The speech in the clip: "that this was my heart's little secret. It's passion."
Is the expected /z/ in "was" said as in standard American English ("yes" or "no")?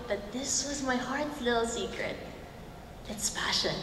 yes